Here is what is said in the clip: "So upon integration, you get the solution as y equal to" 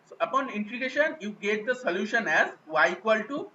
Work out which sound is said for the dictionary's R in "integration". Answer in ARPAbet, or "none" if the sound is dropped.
none